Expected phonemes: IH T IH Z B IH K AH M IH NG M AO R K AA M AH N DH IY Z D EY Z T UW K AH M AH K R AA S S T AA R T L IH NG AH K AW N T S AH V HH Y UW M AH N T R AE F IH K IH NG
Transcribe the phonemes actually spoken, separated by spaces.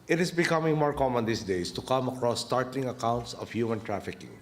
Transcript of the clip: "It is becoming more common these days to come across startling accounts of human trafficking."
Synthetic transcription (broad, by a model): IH T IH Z B IH K AH M IH NG M AO R K AA M AH N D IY S D EY S T UW K AH M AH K R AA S S T AA R T L IH NG AH K AW N T S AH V HH Y UW M AH N T R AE F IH K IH NG